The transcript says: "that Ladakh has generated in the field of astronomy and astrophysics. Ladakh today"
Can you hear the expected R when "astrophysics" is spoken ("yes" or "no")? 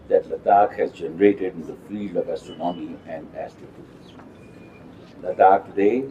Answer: no